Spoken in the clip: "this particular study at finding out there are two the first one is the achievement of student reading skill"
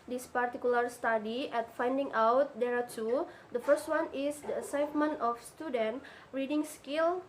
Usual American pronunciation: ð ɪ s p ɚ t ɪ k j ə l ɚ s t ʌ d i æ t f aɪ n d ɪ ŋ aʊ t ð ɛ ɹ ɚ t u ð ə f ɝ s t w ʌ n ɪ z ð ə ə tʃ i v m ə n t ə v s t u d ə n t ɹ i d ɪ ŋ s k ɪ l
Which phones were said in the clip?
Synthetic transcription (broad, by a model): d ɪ s p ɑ t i k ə l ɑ s t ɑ d i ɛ t f aɪ n d ɪ ŋ aʊ t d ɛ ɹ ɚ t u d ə f ɝ s t w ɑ n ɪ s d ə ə s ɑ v m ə n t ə f s t u d ə n t ɹ i d ɪ ŋ s k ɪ l